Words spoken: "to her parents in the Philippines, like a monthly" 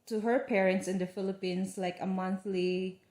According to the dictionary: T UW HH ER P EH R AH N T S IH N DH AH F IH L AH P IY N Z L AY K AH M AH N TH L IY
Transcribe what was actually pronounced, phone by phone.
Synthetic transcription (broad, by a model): T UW HH ER P EH R AH N T S IH N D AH F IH L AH P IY N S L AY K AH M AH N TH L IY